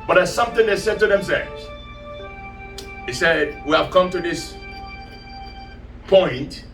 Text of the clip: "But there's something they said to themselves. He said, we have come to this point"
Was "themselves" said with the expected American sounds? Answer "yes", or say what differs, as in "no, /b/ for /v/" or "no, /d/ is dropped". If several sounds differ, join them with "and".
yes